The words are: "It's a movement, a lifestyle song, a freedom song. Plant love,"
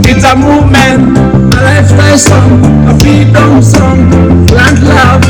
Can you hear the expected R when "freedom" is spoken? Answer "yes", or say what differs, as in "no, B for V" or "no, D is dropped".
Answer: no, R is dropped